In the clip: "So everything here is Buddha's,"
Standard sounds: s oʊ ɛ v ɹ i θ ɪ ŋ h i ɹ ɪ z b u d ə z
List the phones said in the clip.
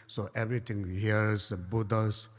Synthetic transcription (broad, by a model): s oʊ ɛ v ɹ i t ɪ ŋ h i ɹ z b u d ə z